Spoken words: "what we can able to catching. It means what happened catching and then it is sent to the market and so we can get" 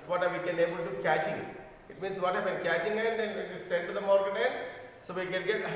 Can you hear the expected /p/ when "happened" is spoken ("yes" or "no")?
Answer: no